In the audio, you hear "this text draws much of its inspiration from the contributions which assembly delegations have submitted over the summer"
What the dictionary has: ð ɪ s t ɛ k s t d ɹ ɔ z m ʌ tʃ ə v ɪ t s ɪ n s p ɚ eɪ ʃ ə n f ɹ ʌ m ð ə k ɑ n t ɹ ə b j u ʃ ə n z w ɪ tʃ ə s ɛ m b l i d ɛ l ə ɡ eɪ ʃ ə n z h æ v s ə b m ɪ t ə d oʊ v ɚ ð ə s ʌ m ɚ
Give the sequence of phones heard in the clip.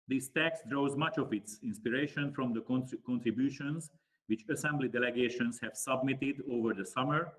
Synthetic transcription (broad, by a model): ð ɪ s t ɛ k s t d ɹ ɔ z m ʌ tʃ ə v ɪ t s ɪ n s p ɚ eɪ ʃ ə n f ɹ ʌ m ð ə k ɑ n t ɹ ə b j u ʃ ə n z w ɪ tʃ ə s ɛ m b l i d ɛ l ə ɡ eɪ ʃ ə n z h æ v s ə b m ɪ t ə d oʊ v ɚ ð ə s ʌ m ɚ